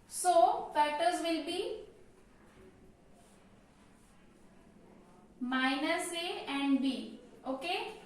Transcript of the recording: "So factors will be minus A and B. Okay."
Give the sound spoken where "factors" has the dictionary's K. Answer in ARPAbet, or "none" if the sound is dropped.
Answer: none